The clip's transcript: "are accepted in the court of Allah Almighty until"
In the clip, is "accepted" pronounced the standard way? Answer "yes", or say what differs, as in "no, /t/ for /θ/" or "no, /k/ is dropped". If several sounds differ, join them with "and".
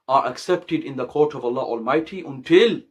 yes